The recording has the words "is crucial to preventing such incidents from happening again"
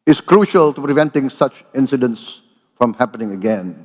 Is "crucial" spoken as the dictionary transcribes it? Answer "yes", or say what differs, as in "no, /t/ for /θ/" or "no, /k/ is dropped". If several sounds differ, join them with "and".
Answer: yes